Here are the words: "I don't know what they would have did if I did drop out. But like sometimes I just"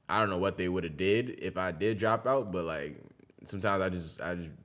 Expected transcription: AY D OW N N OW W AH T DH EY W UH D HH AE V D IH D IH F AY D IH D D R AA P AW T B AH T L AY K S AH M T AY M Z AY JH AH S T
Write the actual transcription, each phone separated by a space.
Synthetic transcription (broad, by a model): AY D OW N N OW W AH T DH EY W UH D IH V D IH D IH F AY D IH D D R AA P AW T B AH T L AY K S AH M T AY M Z AY JH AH S T